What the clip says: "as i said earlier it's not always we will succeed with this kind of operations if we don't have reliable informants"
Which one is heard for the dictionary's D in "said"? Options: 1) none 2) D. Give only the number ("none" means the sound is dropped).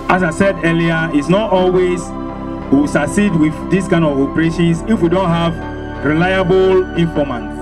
2